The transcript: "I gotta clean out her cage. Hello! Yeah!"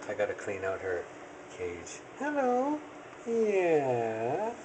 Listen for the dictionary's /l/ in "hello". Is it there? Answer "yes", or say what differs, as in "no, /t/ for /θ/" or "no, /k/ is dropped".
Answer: yes